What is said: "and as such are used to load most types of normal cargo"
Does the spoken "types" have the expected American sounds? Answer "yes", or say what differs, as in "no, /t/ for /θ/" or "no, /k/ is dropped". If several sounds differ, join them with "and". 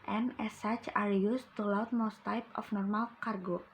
no, /s/ is dropped